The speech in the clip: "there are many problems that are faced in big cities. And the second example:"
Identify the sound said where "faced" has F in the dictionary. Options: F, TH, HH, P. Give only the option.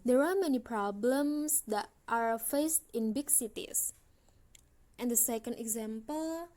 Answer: F